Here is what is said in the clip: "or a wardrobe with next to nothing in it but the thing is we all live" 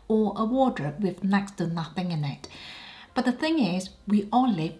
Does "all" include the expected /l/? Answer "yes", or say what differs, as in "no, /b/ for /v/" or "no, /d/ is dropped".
no, /n/ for /l/